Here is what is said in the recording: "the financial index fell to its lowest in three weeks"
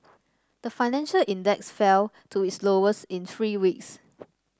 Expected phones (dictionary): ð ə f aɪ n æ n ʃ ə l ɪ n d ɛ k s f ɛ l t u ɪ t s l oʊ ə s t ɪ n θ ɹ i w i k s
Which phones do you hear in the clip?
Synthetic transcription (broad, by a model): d ə f aɪ n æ n ʃ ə l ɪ n d ɛ k s f ɛ l t u ɪ t s l oʊ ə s ɪ n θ ɹ i w i k s